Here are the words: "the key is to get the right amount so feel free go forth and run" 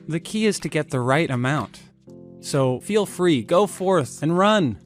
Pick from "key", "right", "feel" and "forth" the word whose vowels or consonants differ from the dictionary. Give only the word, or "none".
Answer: none